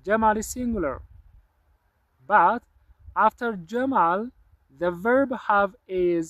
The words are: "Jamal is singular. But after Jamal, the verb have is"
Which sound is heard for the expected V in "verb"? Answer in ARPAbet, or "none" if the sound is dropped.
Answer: V